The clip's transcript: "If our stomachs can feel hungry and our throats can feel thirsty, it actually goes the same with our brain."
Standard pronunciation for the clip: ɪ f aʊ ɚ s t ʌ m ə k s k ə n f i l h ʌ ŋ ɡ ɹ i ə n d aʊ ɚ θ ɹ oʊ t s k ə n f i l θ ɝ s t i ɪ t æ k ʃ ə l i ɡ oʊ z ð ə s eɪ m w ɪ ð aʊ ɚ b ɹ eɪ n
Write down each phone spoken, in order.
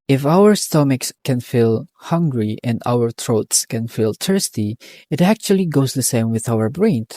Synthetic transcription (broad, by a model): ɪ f aʊ ɚ s t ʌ m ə k s k ə n f i l h ʌ ŋ ɡ ɹ i ə n d aʊ ɚ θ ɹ oʊ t s k ə n f i l t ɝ s t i ɪ t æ k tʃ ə l i ɡ oʊ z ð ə s eɪ m w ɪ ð aʊ ɚ b ɹ eɪ n